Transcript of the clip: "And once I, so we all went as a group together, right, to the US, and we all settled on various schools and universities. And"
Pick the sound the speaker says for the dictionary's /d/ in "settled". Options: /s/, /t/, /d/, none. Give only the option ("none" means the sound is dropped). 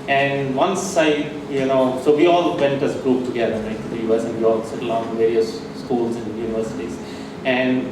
none